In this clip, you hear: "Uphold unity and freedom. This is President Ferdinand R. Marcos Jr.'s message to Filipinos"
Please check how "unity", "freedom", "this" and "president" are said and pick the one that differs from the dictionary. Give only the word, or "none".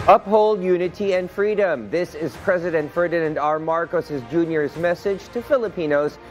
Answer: none